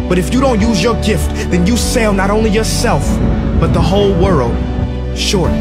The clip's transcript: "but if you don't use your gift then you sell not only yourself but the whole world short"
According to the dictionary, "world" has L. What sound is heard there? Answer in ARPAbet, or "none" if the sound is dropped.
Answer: L